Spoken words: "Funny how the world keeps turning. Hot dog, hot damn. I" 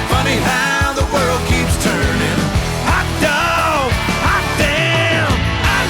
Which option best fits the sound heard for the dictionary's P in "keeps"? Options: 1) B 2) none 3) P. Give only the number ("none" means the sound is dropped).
3